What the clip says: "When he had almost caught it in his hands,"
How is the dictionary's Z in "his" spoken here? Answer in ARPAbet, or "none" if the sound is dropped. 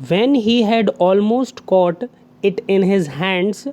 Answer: Z